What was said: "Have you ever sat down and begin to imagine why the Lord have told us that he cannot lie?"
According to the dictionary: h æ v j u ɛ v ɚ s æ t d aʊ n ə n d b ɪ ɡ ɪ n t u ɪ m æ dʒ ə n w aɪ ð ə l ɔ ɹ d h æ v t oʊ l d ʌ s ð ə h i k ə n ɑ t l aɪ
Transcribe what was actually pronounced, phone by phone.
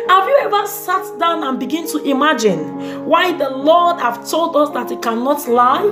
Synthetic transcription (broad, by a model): h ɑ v j u ɛ v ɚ s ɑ t d aʊ n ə n b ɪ ɡ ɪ n t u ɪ m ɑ dʒ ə n w aɪ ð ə l ɔ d h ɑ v t oʊ l d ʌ s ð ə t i k ə n ɑ t l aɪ